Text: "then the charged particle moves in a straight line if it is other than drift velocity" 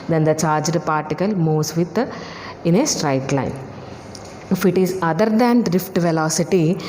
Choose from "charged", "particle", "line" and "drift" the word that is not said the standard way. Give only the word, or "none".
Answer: none